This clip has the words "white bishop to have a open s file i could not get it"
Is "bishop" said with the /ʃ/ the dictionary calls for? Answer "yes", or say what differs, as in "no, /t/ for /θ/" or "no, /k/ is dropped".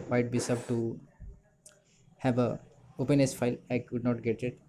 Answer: no, /s/ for /ʃ/